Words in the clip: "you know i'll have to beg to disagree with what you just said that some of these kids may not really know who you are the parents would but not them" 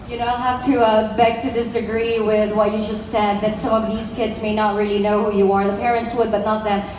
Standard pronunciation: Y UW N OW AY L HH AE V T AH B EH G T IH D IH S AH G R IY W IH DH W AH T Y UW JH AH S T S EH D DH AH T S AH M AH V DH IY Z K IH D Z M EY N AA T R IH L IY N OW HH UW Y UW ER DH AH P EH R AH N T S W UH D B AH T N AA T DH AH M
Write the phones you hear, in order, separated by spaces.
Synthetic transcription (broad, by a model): Y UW N OW AY L HH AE F T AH B EH G T IH D IH S AH G R IY W IH DH W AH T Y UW JH AH S T S EH D DH AH T S AH M AH V DH IY Z K IH D Z M EY N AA T R IH L IY N OW HH UW Y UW ER DH AH P EH R AH N T S W UH D B AH T N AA T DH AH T